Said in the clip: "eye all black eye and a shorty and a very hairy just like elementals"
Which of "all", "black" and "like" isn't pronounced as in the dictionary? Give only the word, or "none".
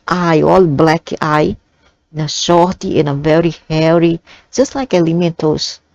none